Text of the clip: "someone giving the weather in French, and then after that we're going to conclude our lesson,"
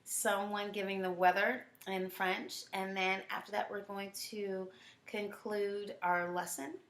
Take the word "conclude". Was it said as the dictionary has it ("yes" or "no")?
yes